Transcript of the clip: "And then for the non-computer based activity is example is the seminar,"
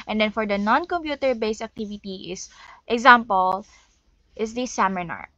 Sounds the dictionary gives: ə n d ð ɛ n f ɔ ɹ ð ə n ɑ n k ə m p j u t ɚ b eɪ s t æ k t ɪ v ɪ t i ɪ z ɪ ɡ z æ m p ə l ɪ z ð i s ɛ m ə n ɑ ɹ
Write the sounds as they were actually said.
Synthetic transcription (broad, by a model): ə n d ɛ n f ɔ ɹ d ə n ɑ n k ə m p j u t ɚ b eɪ s æ k t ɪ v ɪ t i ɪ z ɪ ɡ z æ m p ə l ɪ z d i s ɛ m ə n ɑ ɹ